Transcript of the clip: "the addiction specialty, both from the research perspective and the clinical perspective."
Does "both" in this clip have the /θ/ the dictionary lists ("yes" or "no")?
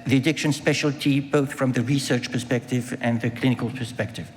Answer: yes